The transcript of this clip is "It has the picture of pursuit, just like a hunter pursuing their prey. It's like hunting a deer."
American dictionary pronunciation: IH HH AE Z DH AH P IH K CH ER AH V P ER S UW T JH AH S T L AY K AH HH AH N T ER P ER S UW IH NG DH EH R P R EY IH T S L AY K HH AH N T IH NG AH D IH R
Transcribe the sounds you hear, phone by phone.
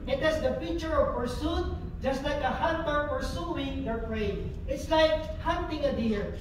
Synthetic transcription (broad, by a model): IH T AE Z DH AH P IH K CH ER AH V P ER S UW T JH AH S T L AY K AH HH AH N T ER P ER S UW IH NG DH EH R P R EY IH T S L AY K HH AH N T IH NG AH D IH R